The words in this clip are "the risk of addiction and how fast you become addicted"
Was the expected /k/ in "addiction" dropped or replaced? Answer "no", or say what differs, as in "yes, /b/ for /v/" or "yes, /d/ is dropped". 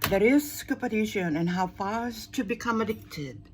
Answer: yes, /k/ is dropped